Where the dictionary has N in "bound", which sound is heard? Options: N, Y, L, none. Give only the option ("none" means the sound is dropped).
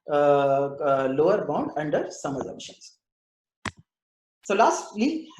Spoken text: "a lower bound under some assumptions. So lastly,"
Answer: N